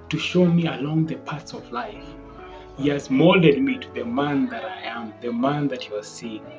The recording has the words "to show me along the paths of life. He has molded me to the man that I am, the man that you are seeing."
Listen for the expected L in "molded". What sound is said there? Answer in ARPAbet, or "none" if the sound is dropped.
L